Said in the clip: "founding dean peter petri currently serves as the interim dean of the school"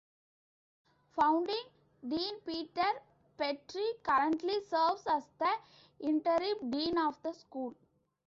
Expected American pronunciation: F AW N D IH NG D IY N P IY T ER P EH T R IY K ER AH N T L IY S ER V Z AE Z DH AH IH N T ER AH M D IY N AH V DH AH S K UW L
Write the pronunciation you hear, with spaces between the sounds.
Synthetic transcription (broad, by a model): F AW N D IH NG D IY N P IY T ER P EH T R IY K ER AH N T L IY S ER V S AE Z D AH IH N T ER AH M D IY N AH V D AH S K UW L